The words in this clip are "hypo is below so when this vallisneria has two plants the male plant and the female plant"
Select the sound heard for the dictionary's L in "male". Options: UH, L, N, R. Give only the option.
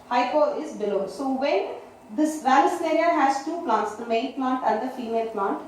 N